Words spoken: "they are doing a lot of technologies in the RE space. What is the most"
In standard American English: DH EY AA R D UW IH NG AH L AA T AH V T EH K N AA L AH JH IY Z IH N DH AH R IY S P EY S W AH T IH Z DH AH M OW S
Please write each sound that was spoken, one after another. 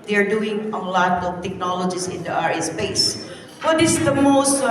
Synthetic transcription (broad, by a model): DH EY AA R D UW IH NG AH L AA T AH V T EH K N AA L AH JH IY S IH N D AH R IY S P EY S W AH T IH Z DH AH M OW S